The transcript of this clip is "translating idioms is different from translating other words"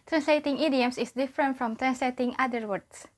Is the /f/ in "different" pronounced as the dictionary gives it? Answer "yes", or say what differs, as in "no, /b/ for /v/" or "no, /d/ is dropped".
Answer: yes